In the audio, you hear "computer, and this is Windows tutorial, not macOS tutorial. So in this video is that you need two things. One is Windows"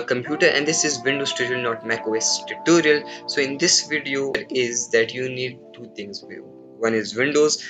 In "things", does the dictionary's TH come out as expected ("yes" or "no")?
no